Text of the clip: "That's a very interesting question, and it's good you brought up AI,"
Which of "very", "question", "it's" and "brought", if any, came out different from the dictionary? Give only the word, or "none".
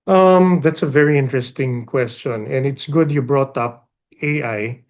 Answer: none